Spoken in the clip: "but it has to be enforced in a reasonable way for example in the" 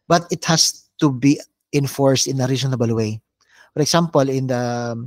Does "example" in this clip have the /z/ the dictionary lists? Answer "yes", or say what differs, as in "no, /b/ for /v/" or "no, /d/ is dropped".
no, /s/ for /z/